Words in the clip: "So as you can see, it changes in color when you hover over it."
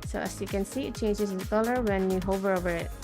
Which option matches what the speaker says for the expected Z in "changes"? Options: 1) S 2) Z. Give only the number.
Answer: 1